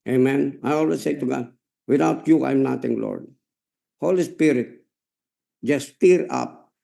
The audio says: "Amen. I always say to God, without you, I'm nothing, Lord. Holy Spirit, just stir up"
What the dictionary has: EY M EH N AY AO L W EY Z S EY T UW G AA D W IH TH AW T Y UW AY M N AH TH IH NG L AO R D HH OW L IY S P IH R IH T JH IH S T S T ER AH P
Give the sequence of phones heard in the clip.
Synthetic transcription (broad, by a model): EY M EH N AY AO L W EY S S EY T UW G AA D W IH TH AW T Y UW AY M N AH T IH NG L AO R D HH OW L IY S P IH R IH T JH IH S T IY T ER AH P